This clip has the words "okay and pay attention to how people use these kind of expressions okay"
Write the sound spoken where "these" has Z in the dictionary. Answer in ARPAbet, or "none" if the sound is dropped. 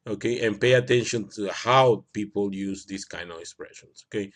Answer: S